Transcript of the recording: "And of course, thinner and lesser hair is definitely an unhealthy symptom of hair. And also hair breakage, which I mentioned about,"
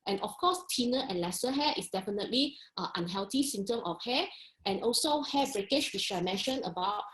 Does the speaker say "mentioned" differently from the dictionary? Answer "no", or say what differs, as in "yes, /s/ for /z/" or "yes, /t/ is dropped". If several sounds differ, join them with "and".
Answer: yes, /d/ is dropped